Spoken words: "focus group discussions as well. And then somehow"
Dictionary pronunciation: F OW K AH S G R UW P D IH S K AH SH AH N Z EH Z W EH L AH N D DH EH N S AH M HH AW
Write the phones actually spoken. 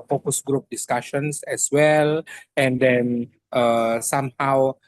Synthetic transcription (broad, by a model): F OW K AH S G R UW P D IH S K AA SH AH N S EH S W EH L AH N D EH N S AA M HH AW